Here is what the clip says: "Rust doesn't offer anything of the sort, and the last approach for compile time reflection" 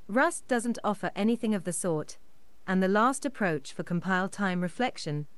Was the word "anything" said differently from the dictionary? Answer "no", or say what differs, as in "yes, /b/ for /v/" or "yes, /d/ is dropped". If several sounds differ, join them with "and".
no